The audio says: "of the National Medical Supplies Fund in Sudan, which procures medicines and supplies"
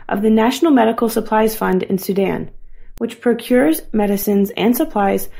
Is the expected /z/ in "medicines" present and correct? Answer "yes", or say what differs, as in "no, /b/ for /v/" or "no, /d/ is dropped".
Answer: yes